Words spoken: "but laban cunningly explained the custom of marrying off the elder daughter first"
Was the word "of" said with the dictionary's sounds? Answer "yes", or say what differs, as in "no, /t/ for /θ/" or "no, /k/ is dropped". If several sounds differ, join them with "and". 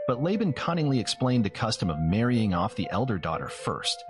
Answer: yes